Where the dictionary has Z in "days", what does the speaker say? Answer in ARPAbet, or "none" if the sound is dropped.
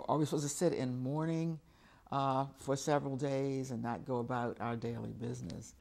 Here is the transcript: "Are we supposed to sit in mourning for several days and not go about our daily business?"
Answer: Z